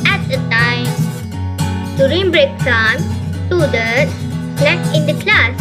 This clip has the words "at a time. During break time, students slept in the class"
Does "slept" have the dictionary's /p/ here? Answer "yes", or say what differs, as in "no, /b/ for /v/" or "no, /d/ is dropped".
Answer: no, /p/ is dropped